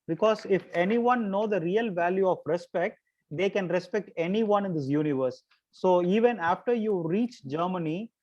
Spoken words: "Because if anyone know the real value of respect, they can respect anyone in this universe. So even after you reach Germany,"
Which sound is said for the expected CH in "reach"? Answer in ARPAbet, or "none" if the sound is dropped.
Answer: CH